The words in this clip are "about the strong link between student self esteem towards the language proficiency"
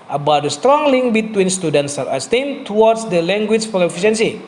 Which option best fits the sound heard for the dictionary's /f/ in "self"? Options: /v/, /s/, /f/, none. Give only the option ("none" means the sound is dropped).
none